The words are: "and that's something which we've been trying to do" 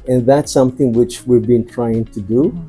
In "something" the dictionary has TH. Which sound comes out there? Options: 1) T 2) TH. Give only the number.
2